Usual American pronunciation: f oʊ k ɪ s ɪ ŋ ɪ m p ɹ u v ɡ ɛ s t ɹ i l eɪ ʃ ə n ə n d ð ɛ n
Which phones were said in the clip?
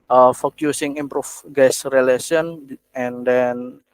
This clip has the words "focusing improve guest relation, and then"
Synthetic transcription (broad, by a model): f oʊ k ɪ s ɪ ŋ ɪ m p ɹ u f ɡ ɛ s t ɹ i l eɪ s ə n ə n d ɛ n